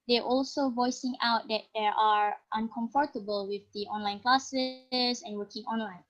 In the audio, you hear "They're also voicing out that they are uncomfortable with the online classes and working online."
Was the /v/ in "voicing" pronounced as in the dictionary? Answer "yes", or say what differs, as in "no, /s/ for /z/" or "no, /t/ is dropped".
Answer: yes